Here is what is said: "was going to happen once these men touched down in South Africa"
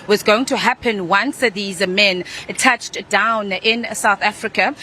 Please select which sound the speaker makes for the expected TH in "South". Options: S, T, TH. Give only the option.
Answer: TH